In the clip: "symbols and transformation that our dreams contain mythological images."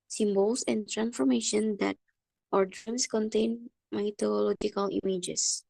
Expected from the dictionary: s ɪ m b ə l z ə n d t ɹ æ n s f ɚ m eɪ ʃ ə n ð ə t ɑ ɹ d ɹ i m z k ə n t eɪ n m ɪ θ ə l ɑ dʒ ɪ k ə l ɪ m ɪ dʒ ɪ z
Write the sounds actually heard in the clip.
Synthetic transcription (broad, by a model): s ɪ m b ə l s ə n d t ɹ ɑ n s f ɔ m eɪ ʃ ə n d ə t ɑ ɹ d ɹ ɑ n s k ə n t eɪ n m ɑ t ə l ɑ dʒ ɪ k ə l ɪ m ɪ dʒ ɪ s